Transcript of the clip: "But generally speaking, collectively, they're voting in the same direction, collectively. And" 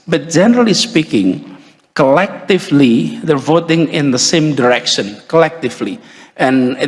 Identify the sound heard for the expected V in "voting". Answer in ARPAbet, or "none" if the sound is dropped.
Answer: V